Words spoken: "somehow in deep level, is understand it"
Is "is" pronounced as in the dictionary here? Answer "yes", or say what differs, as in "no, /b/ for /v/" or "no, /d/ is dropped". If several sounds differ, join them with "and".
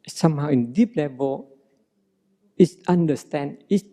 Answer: no, /s/ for /z/